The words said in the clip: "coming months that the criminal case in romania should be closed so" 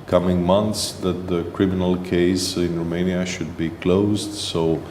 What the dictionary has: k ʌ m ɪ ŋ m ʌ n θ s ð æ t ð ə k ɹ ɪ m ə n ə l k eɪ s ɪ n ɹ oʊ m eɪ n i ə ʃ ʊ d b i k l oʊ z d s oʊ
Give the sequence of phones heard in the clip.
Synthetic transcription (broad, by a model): k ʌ m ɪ ŋ m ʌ n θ s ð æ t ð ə k ɹ ɪ m ə n ə l k eɪ s ɪ n ɹ oʊ m eɪ n i ə ʃ ʊ d b i k l oʊ z d s oʊ